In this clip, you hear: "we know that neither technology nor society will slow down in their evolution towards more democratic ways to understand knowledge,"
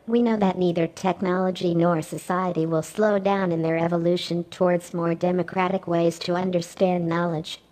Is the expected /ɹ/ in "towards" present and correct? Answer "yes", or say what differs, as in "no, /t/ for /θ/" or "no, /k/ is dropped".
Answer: yes